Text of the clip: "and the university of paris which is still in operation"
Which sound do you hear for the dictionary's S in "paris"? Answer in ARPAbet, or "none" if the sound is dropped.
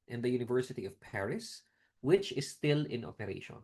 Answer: S